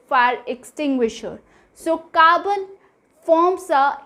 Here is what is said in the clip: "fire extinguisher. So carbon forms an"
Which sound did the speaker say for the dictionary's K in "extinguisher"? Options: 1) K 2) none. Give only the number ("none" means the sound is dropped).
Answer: 1